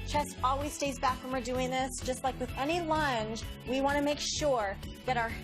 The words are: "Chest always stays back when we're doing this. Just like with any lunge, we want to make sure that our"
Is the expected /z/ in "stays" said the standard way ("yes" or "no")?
yes